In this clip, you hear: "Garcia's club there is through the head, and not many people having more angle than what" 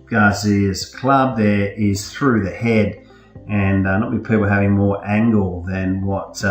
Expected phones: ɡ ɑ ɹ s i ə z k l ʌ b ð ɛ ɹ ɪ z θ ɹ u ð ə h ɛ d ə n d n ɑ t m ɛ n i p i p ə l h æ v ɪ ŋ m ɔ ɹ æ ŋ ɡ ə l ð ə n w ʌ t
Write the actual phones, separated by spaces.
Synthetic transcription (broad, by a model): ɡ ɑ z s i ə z k l ʌ b ð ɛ ɹ ɪ z θ ɹ u ð ə h ɛ d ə n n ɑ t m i p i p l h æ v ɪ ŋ m ɔ ɹ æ ŋ ɡ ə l ð ə n w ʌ t